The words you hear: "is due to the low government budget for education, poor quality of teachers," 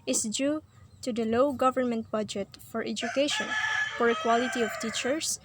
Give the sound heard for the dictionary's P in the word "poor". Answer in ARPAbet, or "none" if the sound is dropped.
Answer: F